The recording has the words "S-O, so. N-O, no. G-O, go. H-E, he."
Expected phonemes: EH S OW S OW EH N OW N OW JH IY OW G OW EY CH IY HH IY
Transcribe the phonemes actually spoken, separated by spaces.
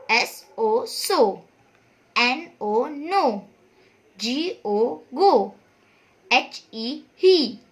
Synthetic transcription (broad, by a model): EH S OW S OW EH N OW N OW JH IY OW G OW EY CH IY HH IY